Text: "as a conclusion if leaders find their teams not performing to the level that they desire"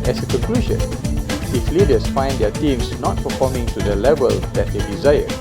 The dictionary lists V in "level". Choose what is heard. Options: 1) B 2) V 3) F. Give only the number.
2